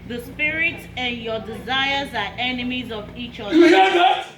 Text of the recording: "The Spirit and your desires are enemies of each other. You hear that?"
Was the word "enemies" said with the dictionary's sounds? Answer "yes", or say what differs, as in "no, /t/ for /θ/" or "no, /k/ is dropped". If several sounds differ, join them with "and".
yes